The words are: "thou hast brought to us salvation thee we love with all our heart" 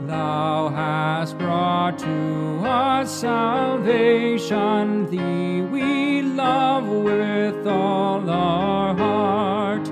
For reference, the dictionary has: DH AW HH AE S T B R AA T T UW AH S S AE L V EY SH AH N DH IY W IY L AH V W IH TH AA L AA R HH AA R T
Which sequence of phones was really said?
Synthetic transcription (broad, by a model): DH AW HH AE S T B R AA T T UW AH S S AE L V EY SH AH N DH IY W IY L AH V W IH TH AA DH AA R HH AA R T